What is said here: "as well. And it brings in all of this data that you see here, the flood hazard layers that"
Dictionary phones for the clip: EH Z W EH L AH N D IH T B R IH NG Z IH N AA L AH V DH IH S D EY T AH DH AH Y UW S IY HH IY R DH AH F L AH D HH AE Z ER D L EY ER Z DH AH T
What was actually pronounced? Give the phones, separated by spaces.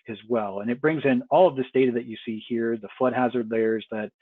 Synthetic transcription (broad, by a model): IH Z W EH L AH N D IH T B R IH NG Z IH N AA L AH V DH IH S D EY T AH DH AH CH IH S IY HH IY R DH AH F L AH D HH AE Z ER D L EY ER Z DH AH T